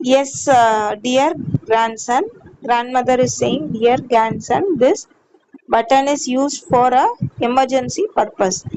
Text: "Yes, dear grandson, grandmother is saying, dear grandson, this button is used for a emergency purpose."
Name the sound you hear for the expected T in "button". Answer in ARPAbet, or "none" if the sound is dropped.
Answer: T